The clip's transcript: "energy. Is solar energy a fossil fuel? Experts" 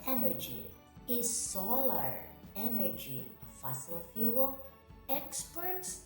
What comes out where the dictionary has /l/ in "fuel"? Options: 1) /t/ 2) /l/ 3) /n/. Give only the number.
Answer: 2